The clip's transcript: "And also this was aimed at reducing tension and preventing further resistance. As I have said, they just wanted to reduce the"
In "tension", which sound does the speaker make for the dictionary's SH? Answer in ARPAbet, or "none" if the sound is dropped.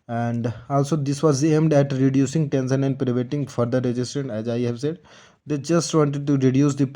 S